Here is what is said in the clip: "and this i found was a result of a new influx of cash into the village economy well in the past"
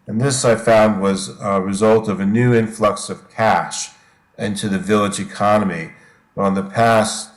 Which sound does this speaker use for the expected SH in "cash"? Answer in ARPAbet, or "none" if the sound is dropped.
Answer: SH